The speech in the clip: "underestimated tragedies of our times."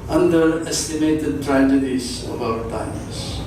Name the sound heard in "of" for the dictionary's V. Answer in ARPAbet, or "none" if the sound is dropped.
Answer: B